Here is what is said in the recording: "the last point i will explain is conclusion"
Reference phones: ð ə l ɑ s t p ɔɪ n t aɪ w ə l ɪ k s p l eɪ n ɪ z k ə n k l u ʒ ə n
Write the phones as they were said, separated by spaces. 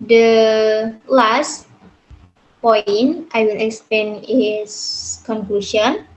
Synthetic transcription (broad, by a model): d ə l ɑ s t p ɔɪ n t aɪ w ə l ɪ k s p l eɪ n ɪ s k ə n k l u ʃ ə n